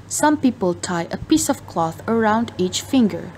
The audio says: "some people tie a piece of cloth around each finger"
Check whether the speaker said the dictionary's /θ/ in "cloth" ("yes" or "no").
yes